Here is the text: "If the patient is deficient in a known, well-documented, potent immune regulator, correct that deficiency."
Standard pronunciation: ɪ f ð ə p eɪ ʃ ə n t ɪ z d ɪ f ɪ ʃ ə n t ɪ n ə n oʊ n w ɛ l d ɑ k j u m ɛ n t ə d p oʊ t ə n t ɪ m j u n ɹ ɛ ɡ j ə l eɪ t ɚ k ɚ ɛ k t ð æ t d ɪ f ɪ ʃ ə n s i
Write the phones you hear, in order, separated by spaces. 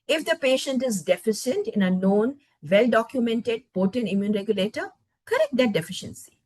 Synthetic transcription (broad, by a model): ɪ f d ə p eɪ ʃ ə n t ɪ z d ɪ f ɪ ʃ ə n t ɪ n ə n oʊ n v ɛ l d ɑ k j u m ɛ n t ə d p oʊ t ə n t ɪ m j u n ɹ ɛ ɡ j ə l eɪ t ɚ k ɚ ɛ k t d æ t d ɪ f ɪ ʃ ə n s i